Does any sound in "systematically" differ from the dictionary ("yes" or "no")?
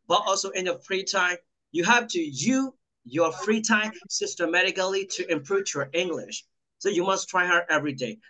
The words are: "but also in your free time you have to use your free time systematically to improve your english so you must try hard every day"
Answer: no